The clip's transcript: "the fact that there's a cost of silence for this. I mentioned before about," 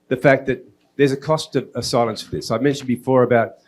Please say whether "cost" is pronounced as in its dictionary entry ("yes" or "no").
yes